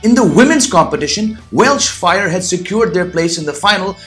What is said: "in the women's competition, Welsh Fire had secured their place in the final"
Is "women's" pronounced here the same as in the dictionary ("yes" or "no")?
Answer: yes